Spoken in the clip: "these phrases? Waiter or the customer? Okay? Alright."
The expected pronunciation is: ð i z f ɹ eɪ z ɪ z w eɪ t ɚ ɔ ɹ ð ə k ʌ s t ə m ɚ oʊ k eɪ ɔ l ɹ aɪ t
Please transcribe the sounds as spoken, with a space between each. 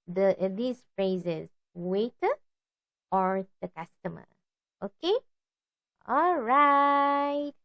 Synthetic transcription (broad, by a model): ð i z f ɹ eɪ z ɪ z w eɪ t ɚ ɔ ɹ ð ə k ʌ s t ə m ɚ oʊ k eɪ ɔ l ɹ aɪ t